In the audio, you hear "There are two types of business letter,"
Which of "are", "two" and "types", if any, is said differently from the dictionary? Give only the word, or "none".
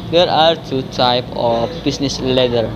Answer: types